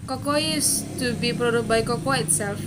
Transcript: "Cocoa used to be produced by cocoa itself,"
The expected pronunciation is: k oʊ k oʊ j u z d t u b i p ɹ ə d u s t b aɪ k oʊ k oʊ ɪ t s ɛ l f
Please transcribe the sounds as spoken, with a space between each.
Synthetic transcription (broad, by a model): k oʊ k oʊ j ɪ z t u b i p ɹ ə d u t b aɪ k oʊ k oʊ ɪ t s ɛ l f